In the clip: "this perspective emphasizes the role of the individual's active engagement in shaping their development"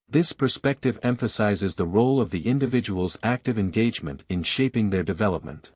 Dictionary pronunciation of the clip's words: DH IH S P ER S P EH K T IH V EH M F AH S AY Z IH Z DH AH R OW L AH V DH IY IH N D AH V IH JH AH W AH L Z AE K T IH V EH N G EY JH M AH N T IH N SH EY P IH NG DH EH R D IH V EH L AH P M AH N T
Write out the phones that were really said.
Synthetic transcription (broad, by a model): DH IH S P ER S P EH K T IH V EH M F AH S AY Z IH Z DH AH R OW L AH V DH IY IH N D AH V IH JH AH W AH L Z AE K T IH V EH N G EY JH M AH N T IH N SH EY P IH NG DH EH R D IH V EH L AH P M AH N T